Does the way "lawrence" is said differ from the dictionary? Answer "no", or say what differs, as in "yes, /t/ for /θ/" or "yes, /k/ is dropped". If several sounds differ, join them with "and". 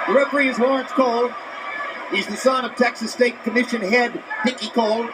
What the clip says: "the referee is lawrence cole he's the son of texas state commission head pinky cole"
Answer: yes, /w/ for /l/